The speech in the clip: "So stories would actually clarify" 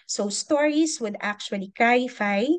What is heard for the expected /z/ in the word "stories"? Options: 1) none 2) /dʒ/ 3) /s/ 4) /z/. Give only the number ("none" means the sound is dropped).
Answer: 3